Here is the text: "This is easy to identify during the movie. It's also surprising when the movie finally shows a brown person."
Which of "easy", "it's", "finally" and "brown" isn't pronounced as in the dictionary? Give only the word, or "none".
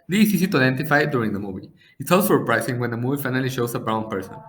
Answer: easy